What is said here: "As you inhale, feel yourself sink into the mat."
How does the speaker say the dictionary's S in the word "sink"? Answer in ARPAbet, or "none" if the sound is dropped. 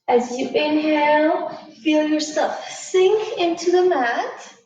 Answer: S